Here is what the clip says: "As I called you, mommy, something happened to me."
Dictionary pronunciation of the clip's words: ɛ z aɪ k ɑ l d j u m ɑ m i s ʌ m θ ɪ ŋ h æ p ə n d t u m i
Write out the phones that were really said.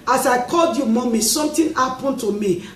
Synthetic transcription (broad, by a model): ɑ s aɪ k ɑ l d j u m ɑ m i s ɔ m t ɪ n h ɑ p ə n t u m i